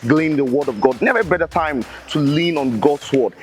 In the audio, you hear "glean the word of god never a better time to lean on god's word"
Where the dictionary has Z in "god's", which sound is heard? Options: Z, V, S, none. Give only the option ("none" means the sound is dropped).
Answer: S